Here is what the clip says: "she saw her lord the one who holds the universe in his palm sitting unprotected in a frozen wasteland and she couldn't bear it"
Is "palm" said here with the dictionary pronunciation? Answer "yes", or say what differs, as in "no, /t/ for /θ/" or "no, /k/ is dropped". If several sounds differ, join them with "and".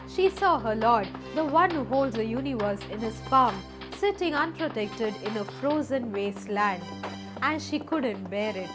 no, /f/ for /p/